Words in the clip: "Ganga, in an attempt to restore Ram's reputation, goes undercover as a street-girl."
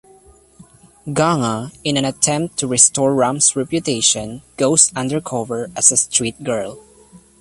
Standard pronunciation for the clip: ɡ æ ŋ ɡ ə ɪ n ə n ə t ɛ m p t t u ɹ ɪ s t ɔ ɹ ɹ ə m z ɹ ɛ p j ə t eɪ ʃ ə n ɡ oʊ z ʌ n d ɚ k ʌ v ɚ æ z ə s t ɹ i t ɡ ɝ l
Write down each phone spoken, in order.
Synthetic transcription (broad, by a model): ɡ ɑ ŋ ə ɪ n ə n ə t ɛ m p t t u ɹ ɪ s t ɔ ɹ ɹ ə m s ɹ ɛ p j ə t eɪ ʃ ə n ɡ oʊ s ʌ n d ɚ k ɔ v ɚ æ s ə s t ɹ i t ɡ ɝ l